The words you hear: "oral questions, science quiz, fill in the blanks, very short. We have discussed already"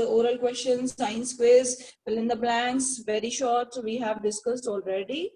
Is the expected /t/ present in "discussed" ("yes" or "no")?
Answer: yes